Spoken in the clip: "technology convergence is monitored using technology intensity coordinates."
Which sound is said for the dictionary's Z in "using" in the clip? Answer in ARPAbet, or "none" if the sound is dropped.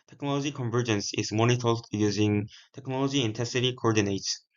Z